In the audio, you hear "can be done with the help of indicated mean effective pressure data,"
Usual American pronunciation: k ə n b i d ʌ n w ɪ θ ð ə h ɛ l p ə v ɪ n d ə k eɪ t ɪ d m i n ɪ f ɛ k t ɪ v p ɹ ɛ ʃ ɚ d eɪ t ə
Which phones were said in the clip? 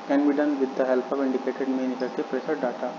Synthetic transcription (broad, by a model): k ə n b i d ʌ n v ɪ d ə h ɛ l p ə v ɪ n d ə k eɪ t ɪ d m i n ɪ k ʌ t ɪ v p ɹ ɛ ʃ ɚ d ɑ t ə